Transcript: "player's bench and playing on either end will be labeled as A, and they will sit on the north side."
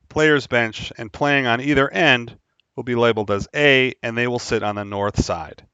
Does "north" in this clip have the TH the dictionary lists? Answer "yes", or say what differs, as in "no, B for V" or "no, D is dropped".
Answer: yes